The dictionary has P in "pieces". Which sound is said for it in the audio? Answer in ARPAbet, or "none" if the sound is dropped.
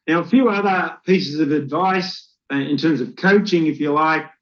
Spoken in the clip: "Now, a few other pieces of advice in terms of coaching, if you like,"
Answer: P